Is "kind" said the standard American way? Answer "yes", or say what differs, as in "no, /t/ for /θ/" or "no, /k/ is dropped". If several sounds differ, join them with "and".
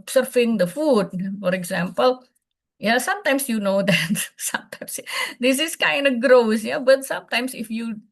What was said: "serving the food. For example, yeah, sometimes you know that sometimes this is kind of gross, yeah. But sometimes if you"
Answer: yes